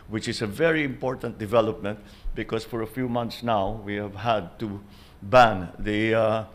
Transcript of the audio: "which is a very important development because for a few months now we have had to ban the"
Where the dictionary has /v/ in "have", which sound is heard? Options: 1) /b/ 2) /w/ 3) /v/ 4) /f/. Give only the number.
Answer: 3